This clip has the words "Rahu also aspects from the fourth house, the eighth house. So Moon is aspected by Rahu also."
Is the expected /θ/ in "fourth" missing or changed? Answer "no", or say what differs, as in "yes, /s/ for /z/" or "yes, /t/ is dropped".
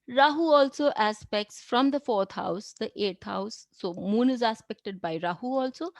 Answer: yes, /t/ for /θ/